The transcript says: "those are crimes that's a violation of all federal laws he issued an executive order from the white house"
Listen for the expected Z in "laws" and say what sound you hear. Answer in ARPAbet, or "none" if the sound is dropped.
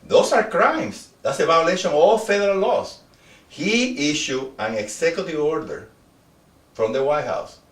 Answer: S